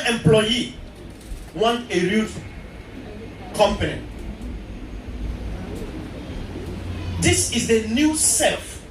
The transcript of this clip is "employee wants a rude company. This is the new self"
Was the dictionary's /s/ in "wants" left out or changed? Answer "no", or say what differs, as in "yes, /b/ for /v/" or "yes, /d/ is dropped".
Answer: yes, /s/ is dropped